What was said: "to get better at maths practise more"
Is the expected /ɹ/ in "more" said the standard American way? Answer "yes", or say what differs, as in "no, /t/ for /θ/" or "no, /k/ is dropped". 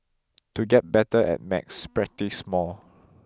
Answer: no, /l/ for /ɹ/